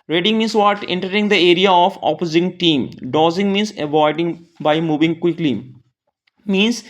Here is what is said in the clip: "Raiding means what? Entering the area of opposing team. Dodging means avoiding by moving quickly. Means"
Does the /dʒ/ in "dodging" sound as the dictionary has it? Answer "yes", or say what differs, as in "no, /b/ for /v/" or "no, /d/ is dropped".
no, /z/ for /dʒ/